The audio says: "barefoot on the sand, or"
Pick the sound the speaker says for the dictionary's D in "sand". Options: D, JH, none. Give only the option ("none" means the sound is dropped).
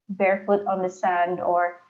D